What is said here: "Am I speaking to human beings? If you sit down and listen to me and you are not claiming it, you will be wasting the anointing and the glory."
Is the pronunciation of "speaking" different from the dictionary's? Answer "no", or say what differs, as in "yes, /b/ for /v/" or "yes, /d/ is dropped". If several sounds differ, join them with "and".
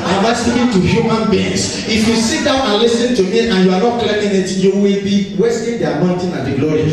yes, /p/ is dropped